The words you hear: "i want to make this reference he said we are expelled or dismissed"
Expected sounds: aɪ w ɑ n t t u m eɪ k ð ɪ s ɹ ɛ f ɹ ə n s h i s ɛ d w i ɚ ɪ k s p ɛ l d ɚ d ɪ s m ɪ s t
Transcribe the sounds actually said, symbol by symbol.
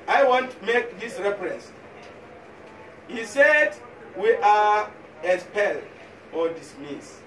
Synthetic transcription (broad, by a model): aɪ w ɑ n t t u m eɪ k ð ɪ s ɹ ɛ f ɹ ə n s h i s ɛ d w i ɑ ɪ s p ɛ l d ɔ d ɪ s m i s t